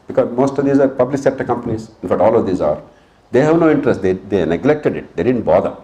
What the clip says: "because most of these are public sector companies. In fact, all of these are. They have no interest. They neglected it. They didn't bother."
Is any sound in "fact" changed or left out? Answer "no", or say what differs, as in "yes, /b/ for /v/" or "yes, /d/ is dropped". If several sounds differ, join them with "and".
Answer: yes, /k/ is dropped